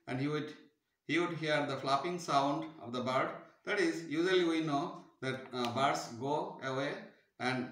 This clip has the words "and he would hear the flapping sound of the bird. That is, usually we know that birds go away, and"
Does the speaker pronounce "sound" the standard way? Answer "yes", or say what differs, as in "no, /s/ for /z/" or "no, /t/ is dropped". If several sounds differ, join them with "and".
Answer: yes